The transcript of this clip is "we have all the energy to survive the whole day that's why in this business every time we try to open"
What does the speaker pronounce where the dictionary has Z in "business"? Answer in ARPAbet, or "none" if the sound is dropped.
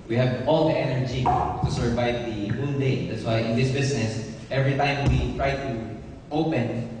S